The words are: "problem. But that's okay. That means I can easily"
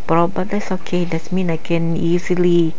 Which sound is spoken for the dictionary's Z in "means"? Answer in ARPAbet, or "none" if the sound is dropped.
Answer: none